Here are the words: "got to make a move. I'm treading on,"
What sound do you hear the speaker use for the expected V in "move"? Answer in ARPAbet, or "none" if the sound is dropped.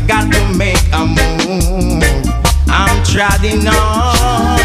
none